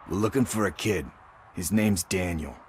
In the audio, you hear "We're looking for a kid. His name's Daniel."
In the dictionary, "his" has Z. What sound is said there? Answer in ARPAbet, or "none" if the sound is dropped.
Z